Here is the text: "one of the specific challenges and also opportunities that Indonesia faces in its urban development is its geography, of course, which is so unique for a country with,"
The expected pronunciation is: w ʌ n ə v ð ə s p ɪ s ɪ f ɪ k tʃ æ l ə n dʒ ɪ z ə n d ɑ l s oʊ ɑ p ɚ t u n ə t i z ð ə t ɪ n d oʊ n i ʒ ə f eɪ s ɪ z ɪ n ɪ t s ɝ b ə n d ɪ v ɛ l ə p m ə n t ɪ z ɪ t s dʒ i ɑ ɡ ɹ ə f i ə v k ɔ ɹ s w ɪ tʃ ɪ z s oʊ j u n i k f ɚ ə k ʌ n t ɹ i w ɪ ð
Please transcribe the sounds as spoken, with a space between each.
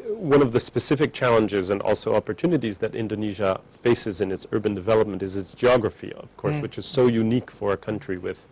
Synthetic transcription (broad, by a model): w ʌ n ə v ð ə s p ɪ s ɪ f ɪ k tʃ æ l ə n dʒ ɪ z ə n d ɑ l s oʊ ɑ p ɚ t u n ə t i z ð ə t ɪ n d oʊ n i ʒ ə f eɪ s ɪ z ɪ n ɪ t s ɝ b ə n d ɪ v ɛ l ə p m ə n t ɪ z ɪ t s dʒ i ɑ ɡ ɹ ə f i ə v k ɔ ɹ s w ɪ tʃ ɪ z s oʊ j u n i k f ɚ ə k ʌ n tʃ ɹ i w ɪ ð